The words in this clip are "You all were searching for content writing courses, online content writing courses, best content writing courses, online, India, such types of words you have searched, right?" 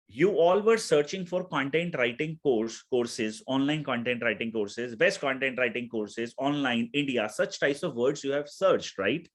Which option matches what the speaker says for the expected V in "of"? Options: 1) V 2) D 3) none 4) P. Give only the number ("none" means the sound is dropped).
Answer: 1